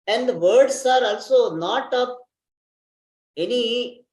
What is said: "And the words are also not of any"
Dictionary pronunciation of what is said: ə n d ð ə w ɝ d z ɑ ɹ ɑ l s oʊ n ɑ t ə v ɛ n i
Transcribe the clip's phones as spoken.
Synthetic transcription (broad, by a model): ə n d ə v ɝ d s ɑ ɹ ɑ l s oʊ n ɑ t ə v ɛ n i